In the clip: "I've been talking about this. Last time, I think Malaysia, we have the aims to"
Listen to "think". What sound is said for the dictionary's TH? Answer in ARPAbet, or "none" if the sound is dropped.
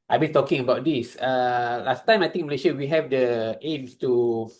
T